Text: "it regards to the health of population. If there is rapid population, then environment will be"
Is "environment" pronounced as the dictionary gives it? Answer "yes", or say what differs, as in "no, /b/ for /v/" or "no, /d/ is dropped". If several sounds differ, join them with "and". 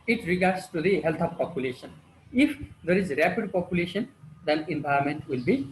no, /ɹ/ is dropped